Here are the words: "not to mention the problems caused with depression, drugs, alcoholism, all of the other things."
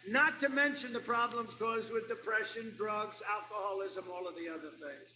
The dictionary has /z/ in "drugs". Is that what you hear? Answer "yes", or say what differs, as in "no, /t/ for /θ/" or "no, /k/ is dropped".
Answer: yes